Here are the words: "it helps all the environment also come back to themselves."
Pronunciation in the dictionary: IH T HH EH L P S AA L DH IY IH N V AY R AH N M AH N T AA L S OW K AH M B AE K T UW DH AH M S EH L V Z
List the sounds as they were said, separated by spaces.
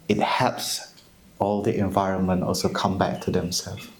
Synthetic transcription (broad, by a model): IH T HH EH P S AA L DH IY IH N V AY R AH N M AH N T AA L S OW K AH M B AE K T UW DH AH M S EH L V